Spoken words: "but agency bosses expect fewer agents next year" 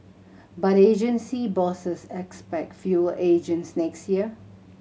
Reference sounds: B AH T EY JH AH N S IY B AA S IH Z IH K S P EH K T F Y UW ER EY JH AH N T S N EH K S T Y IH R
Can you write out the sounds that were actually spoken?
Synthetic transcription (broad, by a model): B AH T EY JH AH N S IY B AA S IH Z IH K S P EH K T F Y UW EY JH AH N T S N EH K S T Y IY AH